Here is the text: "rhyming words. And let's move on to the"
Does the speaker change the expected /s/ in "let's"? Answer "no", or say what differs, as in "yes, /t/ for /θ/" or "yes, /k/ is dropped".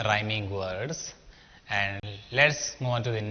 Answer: no